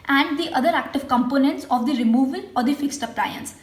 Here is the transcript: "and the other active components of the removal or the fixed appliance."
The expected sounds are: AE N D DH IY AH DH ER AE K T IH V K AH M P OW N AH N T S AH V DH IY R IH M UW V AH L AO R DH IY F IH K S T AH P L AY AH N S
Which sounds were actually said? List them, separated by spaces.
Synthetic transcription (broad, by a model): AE N D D IY AH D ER AE K T IH V K AH M P OW N AH N T S AH V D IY R IH M UW V AH L AO R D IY F IH K S T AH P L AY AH N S